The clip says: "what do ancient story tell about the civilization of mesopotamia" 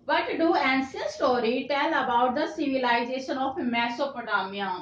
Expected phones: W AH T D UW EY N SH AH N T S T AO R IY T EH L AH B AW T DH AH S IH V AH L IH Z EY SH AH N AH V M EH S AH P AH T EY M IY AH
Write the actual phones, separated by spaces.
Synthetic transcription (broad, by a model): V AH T D UW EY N S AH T S T AO R IY T EH L AH B AW T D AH S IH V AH L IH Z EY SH AH N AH P M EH S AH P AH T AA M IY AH